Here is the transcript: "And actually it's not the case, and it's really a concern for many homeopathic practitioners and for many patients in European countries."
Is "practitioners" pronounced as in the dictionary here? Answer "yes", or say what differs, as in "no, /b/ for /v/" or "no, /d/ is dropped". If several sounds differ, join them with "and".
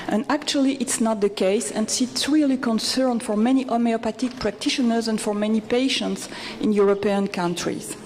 yes